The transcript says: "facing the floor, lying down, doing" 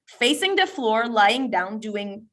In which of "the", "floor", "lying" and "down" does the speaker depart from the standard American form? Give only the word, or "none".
none